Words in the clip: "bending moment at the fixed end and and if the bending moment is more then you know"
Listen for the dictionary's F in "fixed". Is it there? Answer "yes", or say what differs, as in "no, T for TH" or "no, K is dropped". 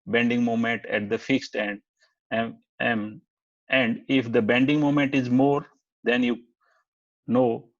yes